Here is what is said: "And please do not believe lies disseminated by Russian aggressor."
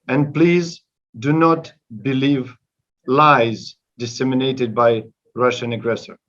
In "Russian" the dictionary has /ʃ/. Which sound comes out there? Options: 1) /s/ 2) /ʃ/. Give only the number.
2